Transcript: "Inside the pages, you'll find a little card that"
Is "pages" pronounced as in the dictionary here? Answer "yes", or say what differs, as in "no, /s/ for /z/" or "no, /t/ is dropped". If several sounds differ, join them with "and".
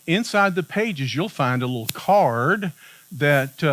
yes